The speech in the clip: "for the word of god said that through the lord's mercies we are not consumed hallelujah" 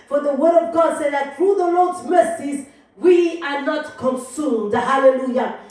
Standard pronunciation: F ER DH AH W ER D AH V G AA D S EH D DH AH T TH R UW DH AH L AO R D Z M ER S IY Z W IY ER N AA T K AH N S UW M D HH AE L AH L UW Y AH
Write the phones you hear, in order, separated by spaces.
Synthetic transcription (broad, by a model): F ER DH AH W ER D AH V G AA D S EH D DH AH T TH R UW DH AH L AO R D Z M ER S IY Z W IY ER N AA T K AH N S UW M D HH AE L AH L UW Y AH